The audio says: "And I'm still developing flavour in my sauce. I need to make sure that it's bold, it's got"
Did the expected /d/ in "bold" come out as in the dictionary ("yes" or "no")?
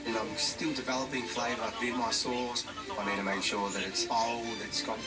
no